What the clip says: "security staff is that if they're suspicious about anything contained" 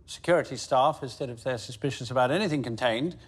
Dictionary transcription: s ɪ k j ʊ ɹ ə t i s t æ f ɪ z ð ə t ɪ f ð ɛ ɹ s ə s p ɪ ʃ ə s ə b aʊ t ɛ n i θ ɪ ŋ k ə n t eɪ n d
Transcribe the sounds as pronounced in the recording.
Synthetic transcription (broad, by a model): s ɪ k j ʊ ɹ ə t i s t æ f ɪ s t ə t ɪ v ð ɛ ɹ s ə s p ɪ ʃ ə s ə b aʊ t ɛ n i θ ɪ ŋ k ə n t eɪ n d